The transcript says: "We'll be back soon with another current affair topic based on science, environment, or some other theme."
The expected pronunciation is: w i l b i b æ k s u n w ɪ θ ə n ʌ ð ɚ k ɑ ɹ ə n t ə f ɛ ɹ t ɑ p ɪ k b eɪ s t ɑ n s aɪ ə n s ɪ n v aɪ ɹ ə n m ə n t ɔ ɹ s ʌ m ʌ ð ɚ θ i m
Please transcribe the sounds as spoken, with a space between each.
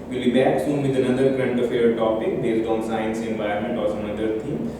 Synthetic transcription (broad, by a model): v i l b i b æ k s u n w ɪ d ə n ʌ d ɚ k ɹ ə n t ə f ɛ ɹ t ɑ p ɪ k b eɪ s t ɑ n s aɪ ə n s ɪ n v aɪ ə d m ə n t ɔ ɹ s ʌ m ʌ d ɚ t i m